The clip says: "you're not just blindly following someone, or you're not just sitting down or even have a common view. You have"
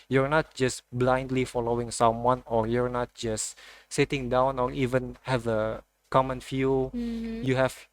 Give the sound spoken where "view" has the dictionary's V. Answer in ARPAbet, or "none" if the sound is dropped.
F